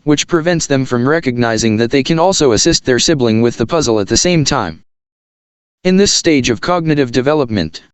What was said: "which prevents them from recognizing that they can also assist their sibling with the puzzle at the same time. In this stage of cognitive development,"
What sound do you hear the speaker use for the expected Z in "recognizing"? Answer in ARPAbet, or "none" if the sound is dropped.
Z